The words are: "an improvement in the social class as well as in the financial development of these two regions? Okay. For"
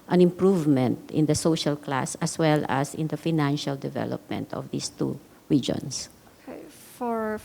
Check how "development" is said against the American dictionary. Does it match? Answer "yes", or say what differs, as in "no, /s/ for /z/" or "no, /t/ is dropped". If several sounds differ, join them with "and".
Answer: yes